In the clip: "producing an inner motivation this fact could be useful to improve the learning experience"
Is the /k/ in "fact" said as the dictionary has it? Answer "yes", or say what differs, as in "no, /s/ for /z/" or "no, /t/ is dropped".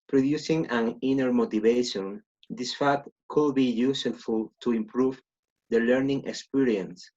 no, /k/ is dropped